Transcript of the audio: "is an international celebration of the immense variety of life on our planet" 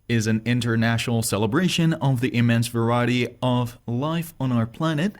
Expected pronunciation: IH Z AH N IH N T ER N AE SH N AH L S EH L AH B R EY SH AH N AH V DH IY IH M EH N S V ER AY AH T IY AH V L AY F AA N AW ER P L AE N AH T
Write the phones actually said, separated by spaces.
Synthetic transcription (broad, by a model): IH Z AH N IH N T ER N AE SH N L S EH L AH B R EY SH AH N AH V DH IY IH M EH N S V ER AY AH T IY AH V L AY F N AW ER P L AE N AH T